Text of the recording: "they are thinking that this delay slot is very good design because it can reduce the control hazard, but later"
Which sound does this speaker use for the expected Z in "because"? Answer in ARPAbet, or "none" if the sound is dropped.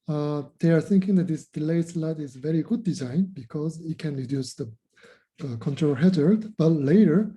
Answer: Z